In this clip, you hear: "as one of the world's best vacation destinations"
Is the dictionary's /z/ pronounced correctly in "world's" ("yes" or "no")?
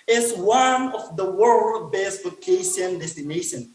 no